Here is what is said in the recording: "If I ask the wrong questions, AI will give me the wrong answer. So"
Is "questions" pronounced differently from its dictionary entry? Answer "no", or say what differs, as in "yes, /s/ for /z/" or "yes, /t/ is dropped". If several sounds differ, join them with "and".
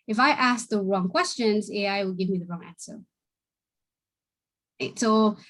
no